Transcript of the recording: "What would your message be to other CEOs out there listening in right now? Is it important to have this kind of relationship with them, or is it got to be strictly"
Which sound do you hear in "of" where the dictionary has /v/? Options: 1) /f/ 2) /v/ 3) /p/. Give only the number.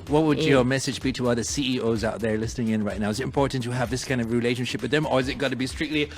2